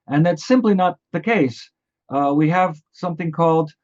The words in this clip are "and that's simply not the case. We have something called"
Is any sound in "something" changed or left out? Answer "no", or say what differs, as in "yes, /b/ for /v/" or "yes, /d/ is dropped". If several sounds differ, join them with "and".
no